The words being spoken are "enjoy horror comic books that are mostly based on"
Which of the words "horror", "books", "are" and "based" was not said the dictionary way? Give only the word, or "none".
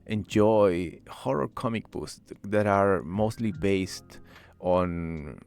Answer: books